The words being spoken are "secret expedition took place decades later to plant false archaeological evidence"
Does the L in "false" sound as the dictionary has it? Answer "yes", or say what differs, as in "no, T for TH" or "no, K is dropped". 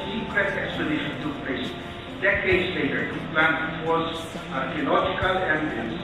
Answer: no, L is dropped